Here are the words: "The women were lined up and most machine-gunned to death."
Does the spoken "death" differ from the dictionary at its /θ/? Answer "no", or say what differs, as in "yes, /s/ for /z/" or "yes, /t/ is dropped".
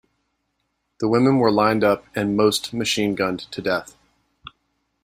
no